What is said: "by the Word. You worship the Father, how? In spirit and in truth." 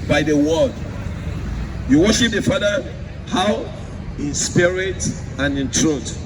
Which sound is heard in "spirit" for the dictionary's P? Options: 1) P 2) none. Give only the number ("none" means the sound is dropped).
1